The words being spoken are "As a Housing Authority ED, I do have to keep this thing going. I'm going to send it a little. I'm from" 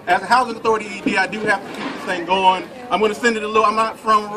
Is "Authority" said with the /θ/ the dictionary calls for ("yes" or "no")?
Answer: yes